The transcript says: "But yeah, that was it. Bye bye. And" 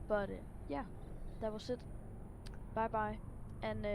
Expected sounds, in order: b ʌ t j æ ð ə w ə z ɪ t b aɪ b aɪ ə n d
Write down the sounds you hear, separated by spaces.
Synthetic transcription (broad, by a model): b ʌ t j æ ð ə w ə s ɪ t b aɪ b aɪ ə n